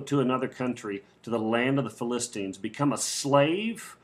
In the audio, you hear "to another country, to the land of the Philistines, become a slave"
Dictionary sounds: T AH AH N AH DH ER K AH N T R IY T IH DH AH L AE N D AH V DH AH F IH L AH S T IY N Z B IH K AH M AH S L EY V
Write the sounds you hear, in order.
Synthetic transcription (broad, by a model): T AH AH N AH DH ER K AH N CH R IY T IH DH AH L AE N D AH V DH AH F IH L AH S T IY N Z B IH K AH M AH S L EY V